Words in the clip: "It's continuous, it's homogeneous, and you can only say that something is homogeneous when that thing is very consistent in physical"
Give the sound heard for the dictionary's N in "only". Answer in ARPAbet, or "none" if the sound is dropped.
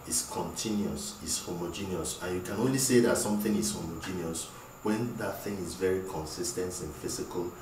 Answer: N